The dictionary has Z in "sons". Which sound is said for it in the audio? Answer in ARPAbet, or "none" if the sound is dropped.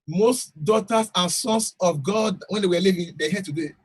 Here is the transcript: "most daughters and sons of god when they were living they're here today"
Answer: S